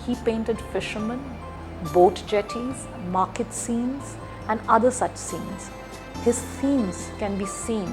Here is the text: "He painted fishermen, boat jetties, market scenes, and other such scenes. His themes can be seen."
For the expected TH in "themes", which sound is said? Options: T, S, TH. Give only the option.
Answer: S